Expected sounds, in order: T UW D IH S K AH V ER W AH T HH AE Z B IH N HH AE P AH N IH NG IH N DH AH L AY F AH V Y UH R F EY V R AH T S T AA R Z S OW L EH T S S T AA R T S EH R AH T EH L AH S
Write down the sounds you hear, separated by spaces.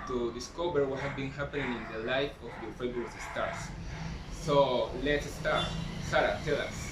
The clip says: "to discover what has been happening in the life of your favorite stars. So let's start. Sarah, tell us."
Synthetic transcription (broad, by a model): T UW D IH S K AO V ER W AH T HH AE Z B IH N HH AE P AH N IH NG IH N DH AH L AY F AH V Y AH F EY B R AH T S T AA R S S OW L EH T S S T AA R T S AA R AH T EH L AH S